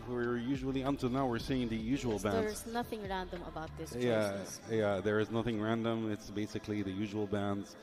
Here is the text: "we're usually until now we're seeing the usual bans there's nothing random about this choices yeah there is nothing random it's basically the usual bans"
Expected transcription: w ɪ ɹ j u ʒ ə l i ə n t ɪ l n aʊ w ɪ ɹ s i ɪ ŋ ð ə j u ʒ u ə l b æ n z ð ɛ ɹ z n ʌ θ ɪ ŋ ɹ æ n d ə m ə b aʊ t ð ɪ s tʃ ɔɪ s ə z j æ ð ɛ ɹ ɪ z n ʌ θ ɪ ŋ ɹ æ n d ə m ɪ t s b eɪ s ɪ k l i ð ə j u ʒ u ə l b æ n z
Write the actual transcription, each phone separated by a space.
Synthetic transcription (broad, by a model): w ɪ ɹ j u ʒ ə l i ə n t ɪ l n aʊ w ɪ ɹ s i ɪ ŋ ð ə j u ʒ u ə l b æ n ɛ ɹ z n ʌ θ ɪ ŋ ɹ æ n d ə m ə b aʊ t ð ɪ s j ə j æ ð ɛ ɹ ɪ z n ʌ θ ɪ ŋ ɹ æ n d ə m ɪ t s b eɪ s ɪ k l i ð ə j u ʒ u ə l b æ n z